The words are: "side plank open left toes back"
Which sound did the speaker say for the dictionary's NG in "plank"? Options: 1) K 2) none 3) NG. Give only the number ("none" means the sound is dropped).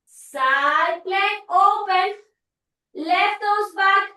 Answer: 2